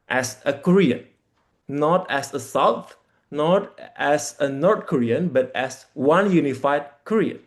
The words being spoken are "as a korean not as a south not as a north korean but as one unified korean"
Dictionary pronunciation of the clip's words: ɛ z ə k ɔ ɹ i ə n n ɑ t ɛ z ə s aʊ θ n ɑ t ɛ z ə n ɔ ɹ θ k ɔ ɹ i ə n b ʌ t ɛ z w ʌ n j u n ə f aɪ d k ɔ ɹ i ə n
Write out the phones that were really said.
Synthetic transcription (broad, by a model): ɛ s ə k ɔ ɹ i ə n n ɑ t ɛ s ə s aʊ t n ɑ t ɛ s ə n ɔ ɹ t k ɔ ɹ i ə n b ʌ t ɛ s w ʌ n j u n ə f aɪ d k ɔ ɹ i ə n